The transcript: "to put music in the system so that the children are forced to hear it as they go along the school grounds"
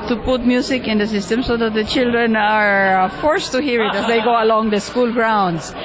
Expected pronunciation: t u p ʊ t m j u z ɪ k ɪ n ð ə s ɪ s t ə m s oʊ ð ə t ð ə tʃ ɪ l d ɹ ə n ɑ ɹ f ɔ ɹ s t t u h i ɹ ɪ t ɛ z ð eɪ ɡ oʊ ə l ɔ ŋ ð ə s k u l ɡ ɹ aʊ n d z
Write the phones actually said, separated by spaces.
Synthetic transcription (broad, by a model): t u p ʊ t m j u s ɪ k ɪ n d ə s ɪ s t ə m s oʊ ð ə t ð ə tʃ ɪ l d ɹ ə n ɑ ɹ f ɔ ɹ s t t u h i ɹ ɪ t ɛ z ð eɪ ɡ oʊ ə l ɔ ŋ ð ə s k u l ɡ ɹ aʊ n d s